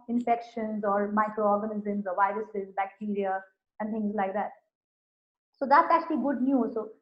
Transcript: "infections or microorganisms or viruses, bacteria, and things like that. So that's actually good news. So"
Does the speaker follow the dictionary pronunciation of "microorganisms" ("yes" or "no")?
yes